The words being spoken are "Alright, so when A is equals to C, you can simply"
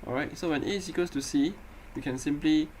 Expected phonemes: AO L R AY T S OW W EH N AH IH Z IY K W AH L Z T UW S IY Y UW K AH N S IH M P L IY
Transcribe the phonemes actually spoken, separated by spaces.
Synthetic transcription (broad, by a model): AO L R AY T S OW W EH N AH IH S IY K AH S T UW S IY Y UW K AH N S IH M P L IY